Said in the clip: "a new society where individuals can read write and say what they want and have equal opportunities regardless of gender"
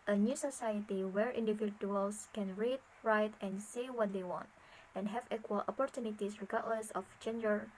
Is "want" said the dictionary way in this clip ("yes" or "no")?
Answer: yes